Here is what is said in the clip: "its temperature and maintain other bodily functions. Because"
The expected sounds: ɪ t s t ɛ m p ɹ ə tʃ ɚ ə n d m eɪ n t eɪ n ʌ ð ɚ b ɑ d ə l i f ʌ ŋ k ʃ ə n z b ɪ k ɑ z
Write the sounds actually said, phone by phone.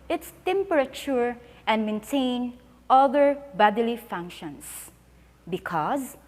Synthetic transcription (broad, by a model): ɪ t s t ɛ m p ɹ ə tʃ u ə n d m eɪ n t eɪ n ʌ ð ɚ b ɑ d ə l i f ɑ ŋ k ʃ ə n s b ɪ k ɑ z